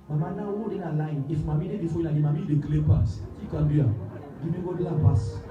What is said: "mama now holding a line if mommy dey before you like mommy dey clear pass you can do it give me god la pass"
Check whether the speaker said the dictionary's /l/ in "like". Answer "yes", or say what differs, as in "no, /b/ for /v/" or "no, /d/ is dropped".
no, /n/ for /l/